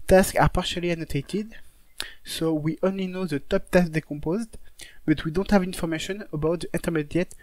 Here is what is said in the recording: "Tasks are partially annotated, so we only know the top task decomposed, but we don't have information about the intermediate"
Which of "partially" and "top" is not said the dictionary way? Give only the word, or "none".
none